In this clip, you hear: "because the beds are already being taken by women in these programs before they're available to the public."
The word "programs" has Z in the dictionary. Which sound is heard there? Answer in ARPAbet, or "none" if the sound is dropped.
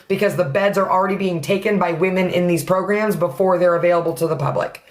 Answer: Z